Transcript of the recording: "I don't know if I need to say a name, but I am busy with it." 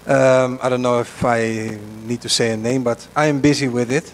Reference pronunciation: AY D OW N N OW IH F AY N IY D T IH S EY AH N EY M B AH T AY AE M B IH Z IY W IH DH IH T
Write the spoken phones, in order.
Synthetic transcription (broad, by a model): AY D OW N N OW IH F AY N IY D T IH S EY AH N EY M B AH T AY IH M B IH Z IY W IH DH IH T